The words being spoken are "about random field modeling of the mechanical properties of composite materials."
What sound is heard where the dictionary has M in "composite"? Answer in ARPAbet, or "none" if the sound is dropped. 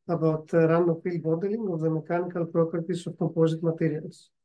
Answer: none